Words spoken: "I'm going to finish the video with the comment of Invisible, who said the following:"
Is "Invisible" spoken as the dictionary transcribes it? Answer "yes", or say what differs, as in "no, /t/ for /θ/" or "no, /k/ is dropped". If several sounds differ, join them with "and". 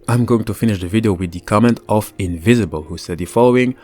yes